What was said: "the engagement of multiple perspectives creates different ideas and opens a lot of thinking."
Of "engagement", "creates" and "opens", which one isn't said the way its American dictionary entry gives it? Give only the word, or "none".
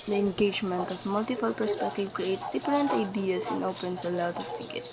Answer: opens